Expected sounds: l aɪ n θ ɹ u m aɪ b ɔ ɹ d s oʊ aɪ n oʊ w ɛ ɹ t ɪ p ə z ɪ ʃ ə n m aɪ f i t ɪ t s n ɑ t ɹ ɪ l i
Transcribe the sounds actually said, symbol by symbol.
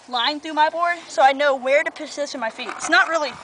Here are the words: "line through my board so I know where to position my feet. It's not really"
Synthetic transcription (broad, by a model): l aɪ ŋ θ ɹ u m aɪ b ɔ ɹ d s oʊ aɪ n oʊ w ɛ ɹ t ɪ p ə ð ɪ s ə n m aɪ f i t ɪ t s n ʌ t ɹ ɪ l i